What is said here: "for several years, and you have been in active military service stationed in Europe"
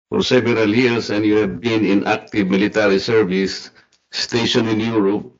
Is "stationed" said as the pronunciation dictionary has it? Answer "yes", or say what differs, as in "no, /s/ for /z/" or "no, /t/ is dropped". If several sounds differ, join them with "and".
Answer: no, /d/ is dropped